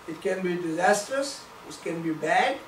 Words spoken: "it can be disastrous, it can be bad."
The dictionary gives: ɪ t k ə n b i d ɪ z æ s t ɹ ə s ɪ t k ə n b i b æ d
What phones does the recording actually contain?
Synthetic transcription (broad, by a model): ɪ t k ə n b i d ɪ z æ s t ɹ ə s ɪ t k ə n b i b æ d